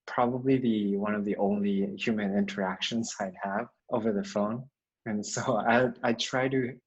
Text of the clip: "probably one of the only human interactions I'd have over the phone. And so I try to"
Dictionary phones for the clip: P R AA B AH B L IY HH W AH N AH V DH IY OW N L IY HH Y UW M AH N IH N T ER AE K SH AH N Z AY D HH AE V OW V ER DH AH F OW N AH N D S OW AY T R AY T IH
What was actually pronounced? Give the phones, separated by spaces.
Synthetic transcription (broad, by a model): P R AA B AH B L IY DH W AH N AH V DH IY OW N L IY HH Y UW M AH N IH N T ER AE K SH AH N Z AY D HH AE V OW V ER DH AH F OW N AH N S OW AY T R AY T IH